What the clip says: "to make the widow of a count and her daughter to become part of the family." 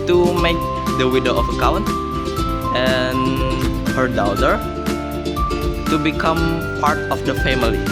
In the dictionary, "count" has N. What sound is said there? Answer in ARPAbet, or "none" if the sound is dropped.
N